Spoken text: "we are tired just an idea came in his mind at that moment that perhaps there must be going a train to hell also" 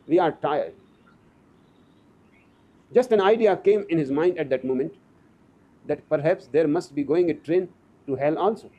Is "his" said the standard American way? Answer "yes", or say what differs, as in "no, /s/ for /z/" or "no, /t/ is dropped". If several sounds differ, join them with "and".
yes